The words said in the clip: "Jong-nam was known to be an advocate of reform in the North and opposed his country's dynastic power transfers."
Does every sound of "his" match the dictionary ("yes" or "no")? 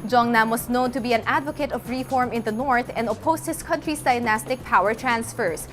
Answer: no